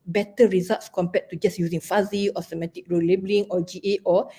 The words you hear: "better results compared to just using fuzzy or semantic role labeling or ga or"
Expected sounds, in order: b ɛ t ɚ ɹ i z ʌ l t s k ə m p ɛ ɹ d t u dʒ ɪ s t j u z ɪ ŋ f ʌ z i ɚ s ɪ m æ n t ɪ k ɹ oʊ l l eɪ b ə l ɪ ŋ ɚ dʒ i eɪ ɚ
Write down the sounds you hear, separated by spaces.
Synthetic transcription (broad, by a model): b ɛ t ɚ ɹ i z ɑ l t s k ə m p ɛ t t u dʒ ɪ s j u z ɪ ŋ f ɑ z i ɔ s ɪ m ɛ t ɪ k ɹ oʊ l l eɪ b ə l ɪ ŋ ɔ dʒ i eɪ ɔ